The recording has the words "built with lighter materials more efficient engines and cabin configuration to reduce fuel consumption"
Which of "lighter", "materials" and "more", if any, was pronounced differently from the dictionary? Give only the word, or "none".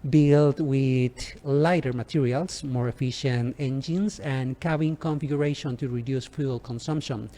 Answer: materials